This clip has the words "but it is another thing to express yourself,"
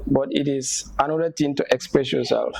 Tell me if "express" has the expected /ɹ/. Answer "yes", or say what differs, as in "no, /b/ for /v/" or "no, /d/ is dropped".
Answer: yes